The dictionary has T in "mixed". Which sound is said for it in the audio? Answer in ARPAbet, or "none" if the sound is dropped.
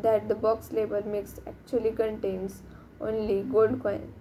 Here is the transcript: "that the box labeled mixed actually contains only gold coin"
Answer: none